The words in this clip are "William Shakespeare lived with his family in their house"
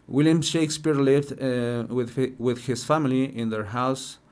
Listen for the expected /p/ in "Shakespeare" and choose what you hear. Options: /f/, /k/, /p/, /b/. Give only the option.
/p/